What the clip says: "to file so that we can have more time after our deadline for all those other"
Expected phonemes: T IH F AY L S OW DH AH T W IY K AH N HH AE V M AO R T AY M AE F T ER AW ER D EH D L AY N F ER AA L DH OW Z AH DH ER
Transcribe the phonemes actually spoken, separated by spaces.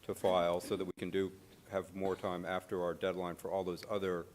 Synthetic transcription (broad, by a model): T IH F AY L S OW DH AH T W IY K AH N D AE V M AO R T AY M AE F T ER AW ER D EH D L AY N F ER AA L DH OW Z AH DH ER